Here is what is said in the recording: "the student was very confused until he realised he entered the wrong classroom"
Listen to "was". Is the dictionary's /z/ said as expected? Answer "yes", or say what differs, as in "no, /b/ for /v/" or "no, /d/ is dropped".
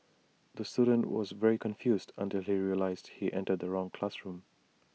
yes